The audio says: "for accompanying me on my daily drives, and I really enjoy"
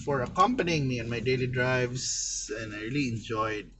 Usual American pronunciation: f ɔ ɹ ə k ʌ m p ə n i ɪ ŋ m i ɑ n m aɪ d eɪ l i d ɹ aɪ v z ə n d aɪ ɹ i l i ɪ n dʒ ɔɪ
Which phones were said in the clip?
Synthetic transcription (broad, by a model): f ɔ ɹ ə k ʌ m p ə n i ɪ ŋ m i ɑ n m aɪ d eɪ l i d ɹ aɪ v s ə n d aɪ ɹ i l i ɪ n dʒ ɔɪ